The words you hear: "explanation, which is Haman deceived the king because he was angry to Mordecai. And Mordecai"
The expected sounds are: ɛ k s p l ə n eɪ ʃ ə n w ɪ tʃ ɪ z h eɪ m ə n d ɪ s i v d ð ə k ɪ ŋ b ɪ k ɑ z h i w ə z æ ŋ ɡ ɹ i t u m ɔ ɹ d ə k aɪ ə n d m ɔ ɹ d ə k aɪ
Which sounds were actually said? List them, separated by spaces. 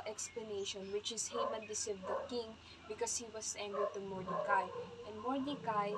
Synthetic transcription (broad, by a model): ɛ k s p l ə n eɪ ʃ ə n w ɪ tʃ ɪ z h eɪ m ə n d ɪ s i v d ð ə k ɪ ŋ b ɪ k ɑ s h i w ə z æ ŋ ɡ i t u m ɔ ɹ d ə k aɪ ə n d m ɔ ɹ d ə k aɪ